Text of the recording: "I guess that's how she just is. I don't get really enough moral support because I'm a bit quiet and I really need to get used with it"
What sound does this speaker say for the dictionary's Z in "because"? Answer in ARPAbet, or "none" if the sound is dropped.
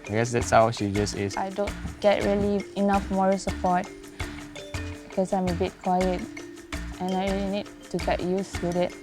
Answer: S